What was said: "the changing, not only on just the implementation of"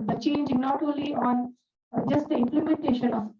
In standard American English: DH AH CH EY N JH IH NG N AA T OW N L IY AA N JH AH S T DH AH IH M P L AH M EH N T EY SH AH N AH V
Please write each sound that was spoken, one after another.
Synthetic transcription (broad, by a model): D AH CH EY N JH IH N AA T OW L IY AA N JH AH S T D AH IH M P L AH M EH N T EY SH AH N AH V